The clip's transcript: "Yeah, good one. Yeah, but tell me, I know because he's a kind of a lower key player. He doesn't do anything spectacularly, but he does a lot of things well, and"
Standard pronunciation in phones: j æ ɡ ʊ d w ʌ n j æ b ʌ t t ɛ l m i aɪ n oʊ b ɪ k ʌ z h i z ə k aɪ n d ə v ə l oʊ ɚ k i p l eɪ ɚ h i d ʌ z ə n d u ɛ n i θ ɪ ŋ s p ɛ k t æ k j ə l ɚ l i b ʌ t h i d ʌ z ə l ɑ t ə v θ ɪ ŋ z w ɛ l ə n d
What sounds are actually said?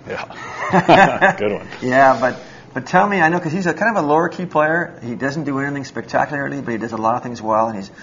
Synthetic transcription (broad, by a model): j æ ɡ ʊ d w ʌ n j æ b ʌ t t ɛ l m i aɪ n oʊ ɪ k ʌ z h i z ə k aɪ n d ə v ə l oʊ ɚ k i p l eɪ ɚ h i d ʌ z n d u ɛ n i θ ɪ ŋ s p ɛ k t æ k j l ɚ l i b ʌ t h i d ʌ z ə l ɑ t ə v θ ɪ ŋ z w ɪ l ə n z